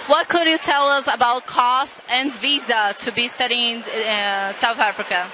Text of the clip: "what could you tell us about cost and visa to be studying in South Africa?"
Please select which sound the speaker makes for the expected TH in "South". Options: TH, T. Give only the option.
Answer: TH